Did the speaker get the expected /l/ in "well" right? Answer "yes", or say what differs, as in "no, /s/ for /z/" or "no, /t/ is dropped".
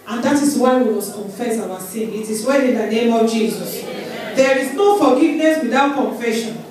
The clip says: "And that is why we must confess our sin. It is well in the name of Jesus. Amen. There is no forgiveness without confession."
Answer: no, /n/ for /l/